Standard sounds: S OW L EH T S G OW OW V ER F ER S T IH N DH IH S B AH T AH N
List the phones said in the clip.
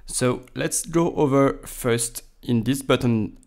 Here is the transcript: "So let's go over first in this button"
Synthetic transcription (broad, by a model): S OW L EH T S G OW OW V ER F ER S T IH N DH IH S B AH T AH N